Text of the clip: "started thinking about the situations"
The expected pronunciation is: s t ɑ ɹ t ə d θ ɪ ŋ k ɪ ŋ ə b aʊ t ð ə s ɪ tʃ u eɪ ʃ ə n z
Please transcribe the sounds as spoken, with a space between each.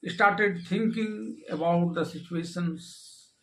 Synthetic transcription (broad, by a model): s t ɑ ɹ t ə d t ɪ ŋ k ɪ ŋ ə b aʊ t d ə s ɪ tʃ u eɪ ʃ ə n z